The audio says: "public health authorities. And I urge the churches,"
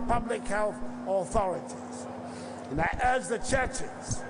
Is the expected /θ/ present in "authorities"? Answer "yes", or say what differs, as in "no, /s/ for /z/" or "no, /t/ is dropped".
yes